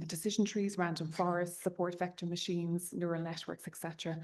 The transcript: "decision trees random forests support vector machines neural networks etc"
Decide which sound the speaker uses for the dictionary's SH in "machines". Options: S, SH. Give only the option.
SH